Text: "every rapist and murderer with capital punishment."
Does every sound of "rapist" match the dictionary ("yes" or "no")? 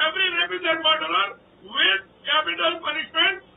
no